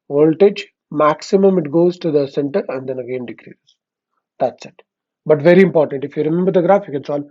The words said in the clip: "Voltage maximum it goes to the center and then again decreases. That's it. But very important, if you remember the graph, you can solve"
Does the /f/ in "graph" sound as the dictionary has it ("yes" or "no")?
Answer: yes